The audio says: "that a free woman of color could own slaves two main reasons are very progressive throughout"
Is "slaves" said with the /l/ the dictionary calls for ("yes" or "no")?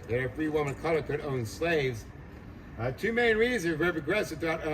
yes